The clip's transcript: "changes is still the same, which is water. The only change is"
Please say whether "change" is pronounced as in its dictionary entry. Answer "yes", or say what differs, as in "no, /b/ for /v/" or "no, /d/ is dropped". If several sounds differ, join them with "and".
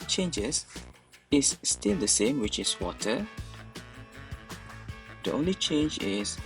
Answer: yes